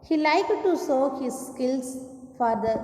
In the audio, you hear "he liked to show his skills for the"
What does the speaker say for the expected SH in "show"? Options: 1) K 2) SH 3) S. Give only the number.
3